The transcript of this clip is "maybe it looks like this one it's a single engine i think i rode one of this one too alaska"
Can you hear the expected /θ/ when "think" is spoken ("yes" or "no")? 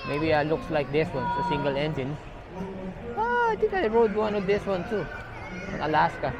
no